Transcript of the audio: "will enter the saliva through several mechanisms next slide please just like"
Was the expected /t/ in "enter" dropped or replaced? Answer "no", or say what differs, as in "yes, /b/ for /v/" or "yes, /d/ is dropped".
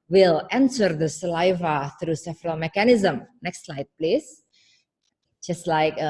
yes, /s/ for /t/